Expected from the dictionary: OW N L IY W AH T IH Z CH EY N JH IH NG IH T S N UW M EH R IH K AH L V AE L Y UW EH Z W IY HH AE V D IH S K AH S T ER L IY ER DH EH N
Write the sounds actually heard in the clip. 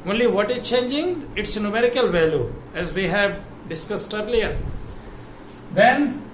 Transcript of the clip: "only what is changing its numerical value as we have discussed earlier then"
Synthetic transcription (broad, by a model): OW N L IY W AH T IH Z CH EY N JH IH NG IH T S N UW M EH R IH K AH L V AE L Y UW EH Z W IY HH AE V D IH S K AH S T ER L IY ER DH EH N